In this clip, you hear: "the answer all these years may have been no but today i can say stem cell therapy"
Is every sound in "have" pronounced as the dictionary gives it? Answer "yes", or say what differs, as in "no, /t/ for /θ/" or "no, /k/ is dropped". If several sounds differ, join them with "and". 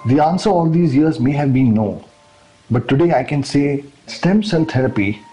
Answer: yes